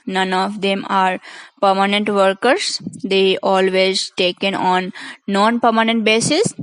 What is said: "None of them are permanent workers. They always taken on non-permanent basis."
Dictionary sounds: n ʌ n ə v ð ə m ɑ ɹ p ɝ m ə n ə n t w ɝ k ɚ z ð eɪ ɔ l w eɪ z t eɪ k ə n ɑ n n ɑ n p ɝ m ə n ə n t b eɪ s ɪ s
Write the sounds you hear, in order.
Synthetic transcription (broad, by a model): n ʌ n ə v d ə m ɑ ɹ p ɝ m ə n ə n t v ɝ k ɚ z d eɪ ɔ l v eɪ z t eɪ k ə n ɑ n n ɑ n p ɝ m ə n ə n t b eɪ s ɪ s